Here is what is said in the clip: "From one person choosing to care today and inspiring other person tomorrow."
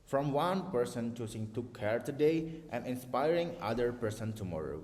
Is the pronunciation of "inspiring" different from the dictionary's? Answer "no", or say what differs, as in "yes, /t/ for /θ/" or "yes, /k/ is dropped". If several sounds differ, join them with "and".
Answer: no